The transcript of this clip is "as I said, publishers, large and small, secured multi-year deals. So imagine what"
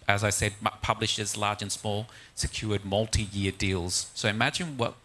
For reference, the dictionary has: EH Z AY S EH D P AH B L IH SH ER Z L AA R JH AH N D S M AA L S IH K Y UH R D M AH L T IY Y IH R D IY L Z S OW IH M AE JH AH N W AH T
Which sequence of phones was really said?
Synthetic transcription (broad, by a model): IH Z AY S EH D P AH B L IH SH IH Z L AA R JH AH N S M AA L S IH K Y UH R D M AH L T IY Y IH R D IY L Z S OW IH M AE JH AH N W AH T